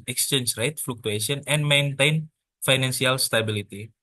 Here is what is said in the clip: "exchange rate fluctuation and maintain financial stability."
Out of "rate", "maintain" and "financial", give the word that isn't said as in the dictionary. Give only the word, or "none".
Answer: financial